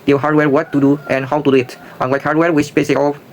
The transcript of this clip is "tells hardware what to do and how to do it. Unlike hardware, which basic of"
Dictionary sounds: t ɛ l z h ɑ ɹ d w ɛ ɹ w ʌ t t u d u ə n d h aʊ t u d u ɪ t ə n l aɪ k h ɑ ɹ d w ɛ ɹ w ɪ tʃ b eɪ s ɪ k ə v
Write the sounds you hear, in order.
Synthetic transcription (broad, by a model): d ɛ h ɑ ɹ d w ɛ ɹ w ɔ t t u d u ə n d h aʊ t u d u ɪ t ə l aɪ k h ɑ ɹ d w ɛ ɹ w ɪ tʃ b eɪ s ɪ k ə